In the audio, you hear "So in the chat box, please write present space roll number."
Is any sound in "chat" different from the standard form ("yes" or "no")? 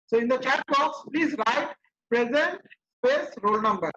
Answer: no